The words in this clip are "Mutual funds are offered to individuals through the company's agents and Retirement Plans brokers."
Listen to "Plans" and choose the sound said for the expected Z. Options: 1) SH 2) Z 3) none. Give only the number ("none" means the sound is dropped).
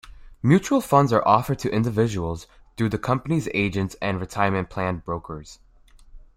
3